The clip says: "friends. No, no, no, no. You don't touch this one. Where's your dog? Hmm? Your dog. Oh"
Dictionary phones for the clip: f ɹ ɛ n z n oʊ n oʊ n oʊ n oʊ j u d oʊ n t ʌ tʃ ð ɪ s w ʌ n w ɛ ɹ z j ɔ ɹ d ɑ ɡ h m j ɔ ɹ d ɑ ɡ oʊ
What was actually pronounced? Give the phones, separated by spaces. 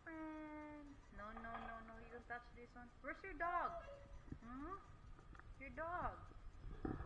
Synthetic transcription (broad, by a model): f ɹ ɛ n n oʊ n oʊ n oʊ n oʊ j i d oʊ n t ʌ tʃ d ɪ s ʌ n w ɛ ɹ s j ɔ ɹ d ɑ ɡ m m j ɔ ɹ d ɑ ɡ